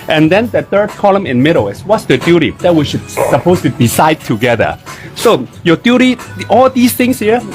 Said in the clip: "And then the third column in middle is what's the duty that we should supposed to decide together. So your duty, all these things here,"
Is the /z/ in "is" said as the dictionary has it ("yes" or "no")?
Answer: no